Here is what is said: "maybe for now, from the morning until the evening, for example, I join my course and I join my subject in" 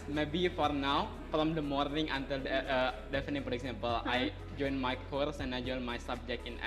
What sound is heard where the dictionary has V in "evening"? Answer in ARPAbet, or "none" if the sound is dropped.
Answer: F